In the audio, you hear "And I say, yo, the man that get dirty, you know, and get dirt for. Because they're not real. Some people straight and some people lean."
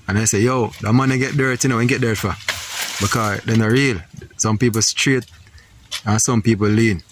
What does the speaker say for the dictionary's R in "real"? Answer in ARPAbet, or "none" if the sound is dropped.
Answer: R